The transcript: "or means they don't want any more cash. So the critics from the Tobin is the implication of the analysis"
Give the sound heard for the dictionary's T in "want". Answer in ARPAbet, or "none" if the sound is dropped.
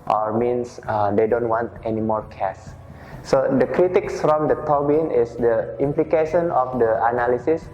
T